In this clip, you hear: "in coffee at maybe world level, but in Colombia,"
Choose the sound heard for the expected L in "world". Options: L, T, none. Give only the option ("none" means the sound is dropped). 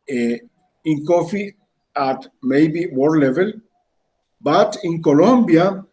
none